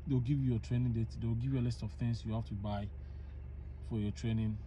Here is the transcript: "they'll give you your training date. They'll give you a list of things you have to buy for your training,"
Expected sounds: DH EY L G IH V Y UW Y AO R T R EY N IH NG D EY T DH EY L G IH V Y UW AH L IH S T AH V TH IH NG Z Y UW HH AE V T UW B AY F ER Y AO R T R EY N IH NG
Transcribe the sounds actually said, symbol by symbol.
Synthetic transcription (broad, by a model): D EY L G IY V Y UW Y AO T R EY N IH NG D EY T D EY W G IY V Y UW AH L IH S T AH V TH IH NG S Y UW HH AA F T UW B AY F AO Y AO T R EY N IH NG